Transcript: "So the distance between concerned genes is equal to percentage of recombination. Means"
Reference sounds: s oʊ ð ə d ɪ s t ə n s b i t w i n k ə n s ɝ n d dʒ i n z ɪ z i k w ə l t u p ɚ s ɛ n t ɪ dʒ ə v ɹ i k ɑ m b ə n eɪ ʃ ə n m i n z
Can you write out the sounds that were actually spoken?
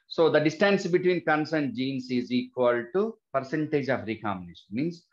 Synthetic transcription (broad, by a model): s oʊ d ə d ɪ s t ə n s b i t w i n k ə n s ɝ n d dʒ i n s ɪ z i k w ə l t u p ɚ s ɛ n t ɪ dʒ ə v ɹ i k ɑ m ə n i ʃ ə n m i n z